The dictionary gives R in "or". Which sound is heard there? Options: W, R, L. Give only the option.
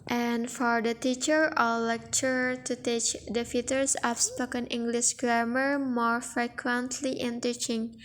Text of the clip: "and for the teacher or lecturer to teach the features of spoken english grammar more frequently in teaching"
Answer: L